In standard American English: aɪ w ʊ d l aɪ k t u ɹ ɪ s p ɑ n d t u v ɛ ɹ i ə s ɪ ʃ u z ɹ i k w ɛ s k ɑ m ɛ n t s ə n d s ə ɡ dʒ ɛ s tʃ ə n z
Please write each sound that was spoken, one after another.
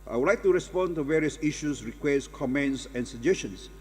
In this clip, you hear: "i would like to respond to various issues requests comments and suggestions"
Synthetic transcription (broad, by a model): aɪ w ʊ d l aɪ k t u ɹ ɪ s p ɑ n t u v ɛ ɹ i ə s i ʃ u s ɹ i k w ɛ s k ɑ m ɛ n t s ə n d s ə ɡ dʒ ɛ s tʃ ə n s